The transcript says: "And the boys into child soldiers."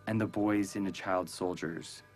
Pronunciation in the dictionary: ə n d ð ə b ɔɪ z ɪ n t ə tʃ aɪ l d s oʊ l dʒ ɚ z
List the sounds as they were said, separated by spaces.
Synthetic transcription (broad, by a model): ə n ð ə b ɔɪ z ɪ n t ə tʃ aɪ l d s oʊ l dʒ ɚ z